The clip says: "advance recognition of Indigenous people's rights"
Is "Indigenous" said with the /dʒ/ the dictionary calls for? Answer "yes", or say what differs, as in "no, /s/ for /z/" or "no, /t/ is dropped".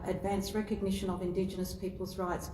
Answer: yes